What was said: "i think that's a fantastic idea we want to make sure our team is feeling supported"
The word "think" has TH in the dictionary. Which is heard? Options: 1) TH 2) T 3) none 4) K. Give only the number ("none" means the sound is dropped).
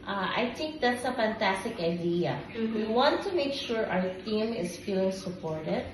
2